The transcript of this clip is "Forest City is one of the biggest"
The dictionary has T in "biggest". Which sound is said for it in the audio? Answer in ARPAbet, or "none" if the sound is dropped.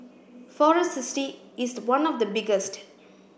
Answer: T